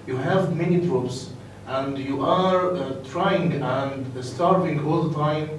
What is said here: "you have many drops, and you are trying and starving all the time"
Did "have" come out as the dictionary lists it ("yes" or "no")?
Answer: yes